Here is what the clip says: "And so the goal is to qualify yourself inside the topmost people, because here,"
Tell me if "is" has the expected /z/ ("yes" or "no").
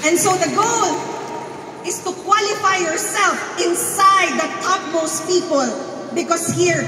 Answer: no